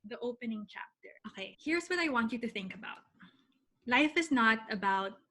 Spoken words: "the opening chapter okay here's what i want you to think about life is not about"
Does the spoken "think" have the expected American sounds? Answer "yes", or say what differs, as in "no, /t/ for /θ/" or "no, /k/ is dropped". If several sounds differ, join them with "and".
yes